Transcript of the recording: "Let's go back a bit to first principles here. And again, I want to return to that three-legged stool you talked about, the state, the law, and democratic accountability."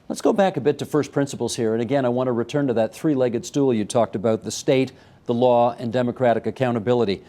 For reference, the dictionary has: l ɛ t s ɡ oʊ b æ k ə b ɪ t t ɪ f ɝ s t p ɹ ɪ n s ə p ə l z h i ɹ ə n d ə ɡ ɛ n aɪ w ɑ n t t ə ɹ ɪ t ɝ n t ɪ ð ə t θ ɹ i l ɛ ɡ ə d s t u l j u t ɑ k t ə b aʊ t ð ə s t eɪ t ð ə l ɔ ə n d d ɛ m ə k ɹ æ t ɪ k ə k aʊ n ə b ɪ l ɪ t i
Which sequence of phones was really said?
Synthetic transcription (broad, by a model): l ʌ t s ɡ oʊ b æ k ə b ɪ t t ɪ f ɝ s p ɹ ɪ n s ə p l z h i ɹ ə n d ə ɡ ɛ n aɪ w ɑ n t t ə ɹ ɪ t ɝ n t ɪ ð ə t θ ɹ i l ɛ ɡ ə d s t u l j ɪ t ɑ k t ə b aʊ t ð ə s t eɪ t ð ə l ɔ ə n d d ɛ m ə k ɹ æ t ɪ k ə k aʊ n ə b ɪ l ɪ t i